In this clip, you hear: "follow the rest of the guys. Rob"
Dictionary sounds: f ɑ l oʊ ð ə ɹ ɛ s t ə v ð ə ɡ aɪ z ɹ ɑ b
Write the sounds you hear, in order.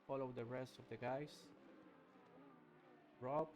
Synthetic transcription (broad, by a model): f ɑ l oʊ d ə ɹ ɛ s t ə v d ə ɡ aɪ s ɹ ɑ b